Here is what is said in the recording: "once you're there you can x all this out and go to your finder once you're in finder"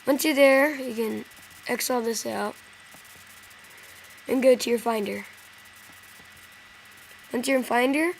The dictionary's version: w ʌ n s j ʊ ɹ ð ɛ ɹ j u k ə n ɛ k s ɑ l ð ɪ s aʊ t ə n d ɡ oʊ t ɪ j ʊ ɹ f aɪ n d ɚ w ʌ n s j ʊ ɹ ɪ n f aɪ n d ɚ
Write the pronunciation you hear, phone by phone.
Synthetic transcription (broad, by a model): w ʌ n s j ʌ ɹ ð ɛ ɹ j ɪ k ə n ɛ k s ɑ l ð ɪ s aʊ t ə n ɡ oʊ t ɪ j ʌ ɹ f aɪ n d ɚ w ʌ n s j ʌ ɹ ɪ n f aɪ n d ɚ